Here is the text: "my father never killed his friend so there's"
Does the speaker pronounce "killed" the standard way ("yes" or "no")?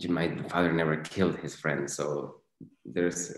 yes